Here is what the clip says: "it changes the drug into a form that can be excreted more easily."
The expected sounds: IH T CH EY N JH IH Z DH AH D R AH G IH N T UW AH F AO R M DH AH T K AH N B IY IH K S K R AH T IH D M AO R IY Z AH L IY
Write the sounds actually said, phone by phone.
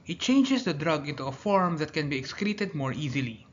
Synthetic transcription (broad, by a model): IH T CH EY N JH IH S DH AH D R AH G IH N T UW AH F AO R M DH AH T K AH N B IY IH K S K R AH T IH D M AO R IY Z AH L IY